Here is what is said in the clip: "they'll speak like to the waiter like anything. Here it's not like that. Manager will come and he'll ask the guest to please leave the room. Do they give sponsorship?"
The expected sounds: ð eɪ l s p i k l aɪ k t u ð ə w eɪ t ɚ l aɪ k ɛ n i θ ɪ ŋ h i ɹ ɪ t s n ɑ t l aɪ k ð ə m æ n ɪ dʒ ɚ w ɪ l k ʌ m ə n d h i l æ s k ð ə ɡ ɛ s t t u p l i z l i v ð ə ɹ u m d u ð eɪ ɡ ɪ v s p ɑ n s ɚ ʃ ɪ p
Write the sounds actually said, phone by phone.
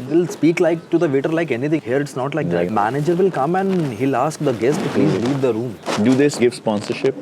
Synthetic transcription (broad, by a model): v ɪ l s p i k l aɪ k t u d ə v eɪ t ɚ l aɪ k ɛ n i t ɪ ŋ h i ɹ ɪ t s n ɑ t l aɪ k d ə m æ n ɪ dʒ ɚ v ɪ l k ʌ m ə n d h i l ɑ s k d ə ɡ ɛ s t t u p l i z l i v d ə ɹ u m d u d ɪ ɡ ɪ v s p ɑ n s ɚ ʃ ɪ p